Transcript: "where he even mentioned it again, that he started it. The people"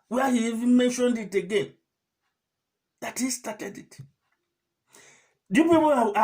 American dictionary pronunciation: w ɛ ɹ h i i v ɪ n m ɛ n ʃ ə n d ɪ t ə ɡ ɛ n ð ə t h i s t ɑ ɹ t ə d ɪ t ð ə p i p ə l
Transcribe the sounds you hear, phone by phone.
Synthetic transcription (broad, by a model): w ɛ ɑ h i i v ɪ n m ɛ n ʃ ə n d ɪ t ə ɡ ɛ n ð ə t h i s t ɑ t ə d ɪ t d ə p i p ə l